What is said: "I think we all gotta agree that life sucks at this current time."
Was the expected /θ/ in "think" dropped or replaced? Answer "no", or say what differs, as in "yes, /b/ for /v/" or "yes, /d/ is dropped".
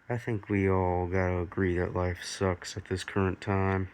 no